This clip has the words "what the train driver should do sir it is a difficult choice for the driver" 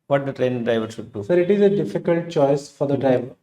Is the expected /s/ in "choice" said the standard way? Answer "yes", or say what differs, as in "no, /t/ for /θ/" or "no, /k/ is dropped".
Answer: yes